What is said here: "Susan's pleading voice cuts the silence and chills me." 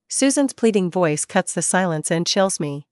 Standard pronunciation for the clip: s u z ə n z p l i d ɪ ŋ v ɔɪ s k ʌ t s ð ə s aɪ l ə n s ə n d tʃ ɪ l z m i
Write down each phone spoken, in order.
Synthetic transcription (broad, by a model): s u z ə n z p l i d ɪ ŋ v ɔɪ s k ʌ t s ð ə s aɪ l ə n s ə n tʃ ɪ l z m i